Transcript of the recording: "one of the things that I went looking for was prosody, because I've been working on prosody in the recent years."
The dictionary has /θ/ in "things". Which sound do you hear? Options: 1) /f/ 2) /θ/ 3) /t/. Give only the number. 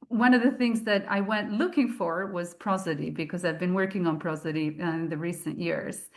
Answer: 2